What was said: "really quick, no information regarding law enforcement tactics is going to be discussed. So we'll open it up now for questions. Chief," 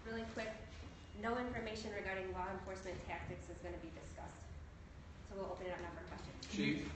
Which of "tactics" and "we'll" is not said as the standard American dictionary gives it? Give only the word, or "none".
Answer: none